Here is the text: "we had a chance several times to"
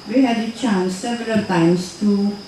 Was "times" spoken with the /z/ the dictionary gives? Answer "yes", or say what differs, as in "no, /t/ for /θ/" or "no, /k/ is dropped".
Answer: no, /s/ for /z/